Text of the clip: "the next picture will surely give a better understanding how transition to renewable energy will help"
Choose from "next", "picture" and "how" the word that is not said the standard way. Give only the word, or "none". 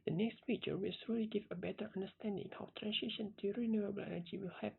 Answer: picture